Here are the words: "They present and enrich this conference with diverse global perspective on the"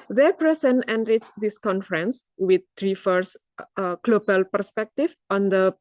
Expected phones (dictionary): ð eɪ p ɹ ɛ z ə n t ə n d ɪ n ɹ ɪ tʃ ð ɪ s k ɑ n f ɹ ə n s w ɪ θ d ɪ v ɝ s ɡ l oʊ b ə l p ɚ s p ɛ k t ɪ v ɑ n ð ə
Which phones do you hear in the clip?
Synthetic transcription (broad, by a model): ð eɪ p ɹ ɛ s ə n ə n d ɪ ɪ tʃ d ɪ s k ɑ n f ɹ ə n s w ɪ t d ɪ f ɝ s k l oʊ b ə l p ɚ s p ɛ k t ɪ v ɑ n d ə